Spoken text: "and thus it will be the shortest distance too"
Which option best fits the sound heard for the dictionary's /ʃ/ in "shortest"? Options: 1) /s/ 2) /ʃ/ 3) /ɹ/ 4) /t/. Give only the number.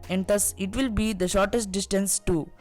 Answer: 2